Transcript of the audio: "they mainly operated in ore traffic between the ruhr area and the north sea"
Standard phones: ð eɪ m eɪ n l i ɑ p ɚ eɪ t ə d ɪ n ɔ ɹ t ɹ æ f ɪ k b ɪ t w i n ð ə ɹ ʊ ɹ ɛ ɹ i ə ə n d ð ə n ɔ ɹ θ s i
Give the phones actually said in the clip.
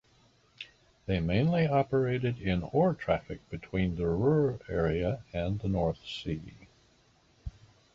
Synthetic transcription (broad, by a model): ð eɪ m eɪ n l i ɑ p ɚ eɪ t ə d ɪ n ɔ ɹ t ɹ æ f ɪ k b ɪ t w i n ð ə ɹ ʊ ɹ ɛ ɹ i ə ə n ð ə n ɔ ɹ θ s i